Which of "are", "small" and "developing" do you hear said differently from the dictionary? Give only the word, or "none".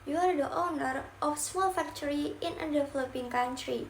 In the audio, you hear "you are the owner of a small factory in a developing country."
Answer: developing